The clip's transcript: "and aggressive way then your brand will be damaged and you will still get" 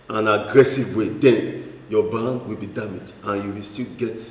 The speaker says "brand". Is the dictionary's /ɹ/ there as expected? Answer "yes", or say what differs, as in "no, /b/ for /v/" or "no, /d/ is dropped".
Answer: no, /ɹ/ is dropped